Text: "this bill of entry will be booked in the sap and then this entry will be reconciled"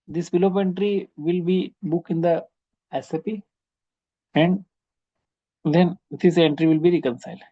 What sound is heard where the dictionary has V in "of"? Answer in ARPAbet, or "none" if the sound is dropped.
P